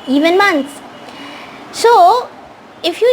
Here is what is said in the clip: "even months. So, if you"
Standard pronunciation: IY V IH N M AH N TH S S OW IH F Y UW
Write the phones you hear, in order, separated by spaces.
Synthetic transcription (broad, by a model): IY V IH N M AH N T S S OW IH F Y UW